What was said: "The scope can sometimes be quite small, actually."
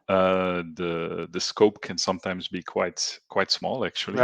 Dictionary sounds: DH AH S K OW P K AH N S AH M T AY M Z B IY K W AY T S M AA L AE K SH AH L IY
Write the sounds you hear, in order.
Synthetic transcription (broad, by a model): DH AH S K OW P K AH N S AH M T AY M Z B IY K W AY T S M AA L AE K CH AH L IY